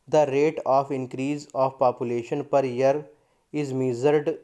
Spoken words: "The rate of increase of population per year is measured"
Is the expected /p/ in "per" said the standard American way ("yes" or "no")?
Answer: yes